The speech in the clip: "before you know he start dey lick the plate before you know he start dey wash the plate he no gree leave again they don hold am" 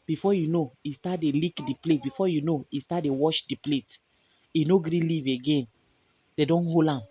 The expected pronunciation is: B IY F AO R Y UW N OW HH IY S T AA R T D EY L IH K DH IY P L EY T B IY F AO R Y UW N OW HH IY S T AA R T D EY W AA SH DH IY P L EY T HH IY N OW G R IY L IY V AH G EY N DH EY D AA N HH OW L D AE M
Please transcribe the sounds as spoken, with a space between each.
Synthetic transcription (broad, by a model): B IY F AO Y UW N OW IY S T AA T D EY L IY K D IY P L EY T B IY F AO Y UW N OW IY S T AA T D EY W AA SH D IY P L EY T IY N OW G R IY L IY V AH G EY N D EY D AA N HH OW L AA M